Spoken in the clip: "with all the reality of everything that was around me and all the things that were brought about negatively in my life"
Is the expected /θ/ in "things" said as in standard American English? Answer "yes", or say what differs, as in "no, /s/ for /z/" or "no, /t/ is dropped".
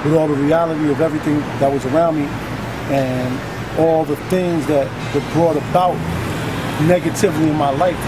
yes